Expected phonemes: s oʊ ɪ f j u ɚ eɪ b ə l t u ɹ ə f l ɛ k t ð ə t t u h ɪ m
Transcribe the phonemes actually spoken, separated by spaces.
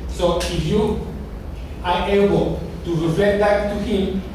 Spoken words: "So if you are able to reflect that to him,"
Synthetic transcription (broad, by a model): s oʊ ɪ f j u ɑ eɪ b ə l t u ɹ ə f ɛ t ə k t u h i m